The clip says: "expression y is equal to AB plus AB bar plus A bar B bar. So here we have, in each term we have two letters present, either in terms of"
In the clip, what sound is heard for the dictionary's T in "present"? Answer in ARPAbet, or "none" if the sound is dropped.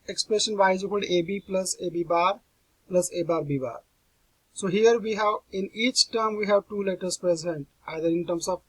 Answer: T